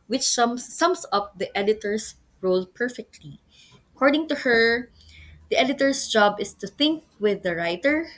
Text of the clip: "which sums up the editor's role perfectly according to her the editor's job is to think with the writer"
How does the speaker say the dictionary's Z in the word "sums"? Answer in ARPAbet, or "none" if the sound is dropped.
S